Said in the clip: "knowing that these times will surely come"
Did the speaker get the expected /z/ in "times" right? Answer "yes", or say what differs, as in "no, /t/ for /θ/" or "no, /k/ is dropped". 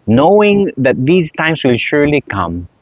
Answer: no, /s/ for /z/